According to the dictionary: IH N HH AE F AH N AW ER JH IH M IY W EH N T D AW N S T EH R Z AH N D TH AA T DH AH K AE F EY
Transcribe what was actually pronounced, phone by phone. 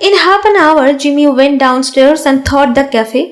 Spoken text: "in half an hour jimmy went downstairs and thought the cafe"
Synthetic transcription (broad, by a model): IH N HH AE P AH N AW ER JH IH M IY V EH N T D AW N S T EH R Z AH N D T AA T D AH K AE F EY